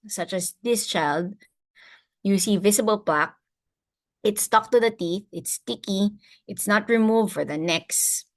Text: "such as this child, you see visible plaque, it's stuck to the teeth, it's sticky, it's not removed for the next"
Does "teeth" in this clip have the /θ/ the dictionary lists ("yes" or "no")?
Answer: yes